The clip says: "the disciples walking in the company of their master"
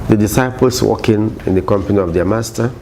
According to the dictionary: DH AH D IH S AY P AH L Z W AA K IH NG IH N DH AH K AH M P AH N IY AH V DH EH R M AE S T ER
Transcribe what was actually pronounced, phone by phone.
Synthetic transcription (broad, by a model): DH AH D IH S AY P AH L S W AA K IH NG IH N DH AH K AH M P AH N IY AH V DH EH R M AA S T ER